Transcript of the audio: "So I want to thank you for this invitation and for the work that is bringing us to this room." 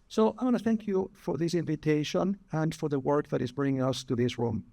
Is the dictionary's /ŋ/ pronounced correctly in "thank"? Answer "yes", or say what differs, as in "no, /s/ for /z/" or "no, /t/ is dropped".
yes